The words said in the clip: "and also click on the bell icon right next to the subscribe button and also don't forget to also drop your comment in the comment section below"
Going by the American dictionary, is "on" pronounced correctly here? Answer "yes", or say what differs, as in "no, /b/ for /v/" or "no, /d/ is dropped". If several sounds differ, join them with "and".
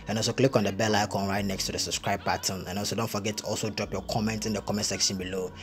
yes